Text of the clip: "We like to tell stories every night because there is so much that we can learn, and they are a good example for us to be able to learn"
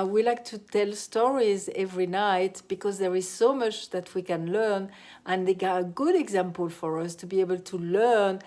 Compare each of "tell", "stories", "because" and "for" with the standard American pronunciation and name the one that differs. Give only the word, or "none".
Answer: none